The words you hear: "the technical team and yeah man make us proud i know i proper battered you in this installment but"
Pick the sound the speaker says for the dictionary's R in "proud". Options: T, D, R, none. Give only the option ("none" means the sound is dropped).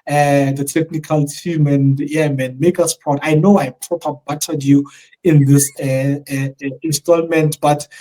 none